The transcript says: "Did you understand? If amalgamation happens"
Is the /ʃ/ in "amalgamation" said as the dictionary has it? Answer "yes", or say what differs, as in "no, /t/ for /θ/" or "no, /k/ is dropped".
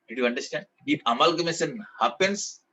no, /s/ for /ʃ/